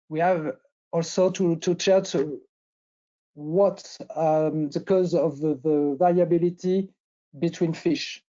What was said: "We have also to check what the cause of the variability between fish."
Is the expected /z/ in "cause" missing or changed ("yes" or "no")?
no